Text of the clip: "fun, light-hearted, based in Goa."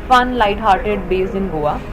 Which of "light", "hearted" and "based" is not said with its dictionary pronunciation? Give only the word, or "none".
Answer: based